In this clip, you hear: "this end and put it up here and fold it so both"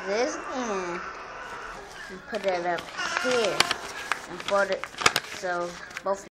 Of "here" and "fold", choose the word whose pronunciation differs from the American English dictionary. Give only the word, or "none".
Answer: fold